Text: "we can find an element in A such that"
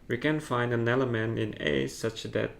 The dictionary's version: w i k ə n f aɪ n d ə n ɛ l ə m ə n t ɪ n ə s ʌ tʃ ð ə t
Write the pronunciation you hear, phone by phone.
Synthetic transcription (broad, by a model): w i k ə n f aɪ n d ə n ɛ l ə m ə n ɪ n ə s ʌ tʃ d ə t